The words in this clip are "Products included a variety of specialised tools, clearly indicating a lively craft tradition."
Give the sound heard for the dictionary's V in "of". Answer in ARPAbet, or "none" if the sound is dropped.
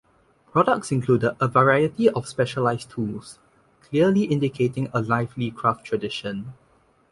F